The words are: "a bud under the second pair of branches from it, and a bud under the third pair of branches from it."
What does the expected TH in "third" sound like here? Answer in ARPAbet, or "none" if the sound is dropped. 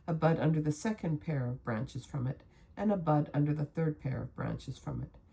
TH